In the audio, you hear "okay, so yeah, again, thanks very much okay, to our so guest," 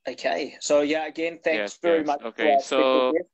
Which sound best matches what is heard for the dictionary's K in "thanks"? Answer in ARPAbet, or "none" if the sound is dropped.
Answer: K